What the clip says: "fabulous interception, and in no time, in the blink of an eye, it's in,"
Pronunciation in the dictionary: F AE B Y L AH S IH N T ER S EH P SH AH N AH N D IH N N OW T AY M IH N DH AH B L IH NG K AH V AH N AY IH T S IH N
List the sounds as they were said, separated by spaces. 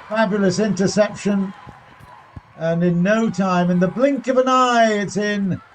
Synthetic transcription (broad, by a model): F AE B Y L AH S IH N T ER S EH P SH AH N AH N IH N N OW T AY M IH N DH AH B L IH NG K AH V AH N AY IH T S IH N